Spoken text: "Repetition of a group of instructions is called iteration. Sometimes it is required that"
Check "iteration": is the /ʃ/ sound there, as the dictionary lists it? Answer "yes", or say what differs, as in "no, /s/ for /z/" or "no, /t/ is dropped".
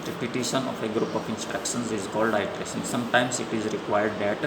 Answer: no, /s/ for /ʃ/